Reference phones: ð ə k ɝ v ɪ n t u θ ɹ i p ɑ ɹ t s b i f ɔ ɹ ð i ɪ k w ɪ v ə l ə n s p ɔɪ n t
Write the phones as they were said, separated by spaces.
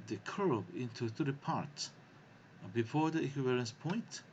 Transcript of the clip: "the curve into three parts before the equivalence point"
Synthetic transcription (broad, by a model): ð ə k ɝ b ɪ n t u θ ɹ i p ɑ ɹ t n b i f ɔ ɹ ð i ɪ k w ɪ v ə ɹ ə n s p ɔɪ n t